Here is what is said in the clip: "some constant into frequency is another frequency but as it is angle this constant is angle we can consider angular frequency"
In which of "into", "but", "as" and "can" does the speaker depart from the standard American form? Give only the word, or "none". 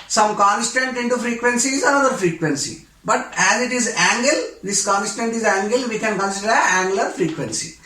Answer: none